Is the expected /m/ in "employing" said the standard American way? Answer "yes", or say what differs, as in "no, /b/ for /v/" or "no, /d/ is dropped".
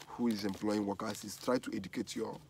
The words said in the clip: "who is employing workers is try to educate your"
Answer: yes